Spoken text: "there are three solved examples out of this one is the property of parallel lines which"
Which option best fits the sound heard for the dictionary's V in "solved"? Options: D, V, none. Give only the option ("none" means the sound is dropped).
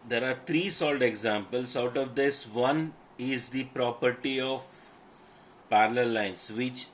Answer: none